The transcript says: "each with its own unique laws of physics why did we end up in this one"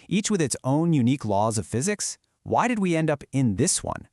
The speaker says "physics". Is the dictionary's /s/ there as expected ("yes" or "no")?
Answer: yes